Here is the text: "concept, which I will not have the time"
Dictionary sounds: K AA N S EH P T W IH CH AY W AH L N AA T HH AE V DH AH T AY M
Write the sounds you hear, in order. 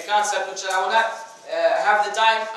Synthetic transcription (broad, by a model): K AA N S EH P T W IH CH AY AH W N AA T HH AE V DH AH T AY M